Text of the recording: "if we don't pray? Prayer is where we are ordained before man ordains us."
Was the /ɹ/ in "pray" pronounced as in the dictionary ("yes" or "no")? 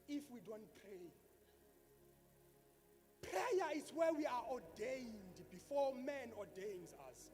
yes